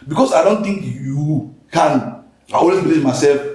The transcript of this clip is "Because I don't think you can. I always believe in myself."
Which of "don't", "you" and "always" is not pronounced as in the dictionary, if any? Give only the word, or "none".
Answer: always